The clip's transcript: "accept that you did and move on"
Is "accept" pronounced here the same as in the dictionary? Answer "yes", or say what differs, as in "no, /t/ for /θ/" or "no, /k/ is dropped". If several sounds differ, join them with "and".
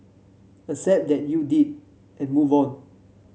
no, /k/ is dropped